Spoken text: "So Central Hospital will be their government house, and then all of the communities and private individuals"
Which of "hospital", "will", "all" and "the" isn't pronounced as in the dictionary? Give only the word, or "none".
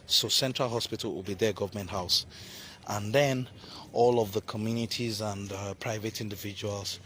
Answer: none